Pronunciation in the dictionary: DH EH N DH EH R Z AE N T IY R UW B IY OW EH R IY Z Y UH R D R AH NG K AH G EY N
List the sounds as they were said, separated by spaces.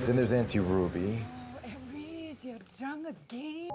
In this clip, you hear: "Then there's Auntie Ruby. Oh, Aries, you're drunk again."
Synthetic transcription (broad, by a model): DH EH N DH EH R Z AE N T IY R UW B IY EH R IY Z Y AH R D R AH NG AH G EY